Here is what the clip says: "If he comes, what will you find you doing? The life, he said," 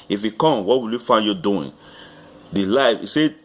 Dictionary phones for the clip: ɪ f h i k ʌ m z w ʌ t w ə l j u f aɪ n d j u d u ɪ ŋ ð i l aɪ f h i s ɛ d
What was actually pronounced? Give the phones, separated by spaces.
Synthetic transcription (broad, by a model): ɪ f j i k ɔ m w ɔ t w ə l j u f aɪ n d j u d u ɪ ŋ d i l aɪ f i s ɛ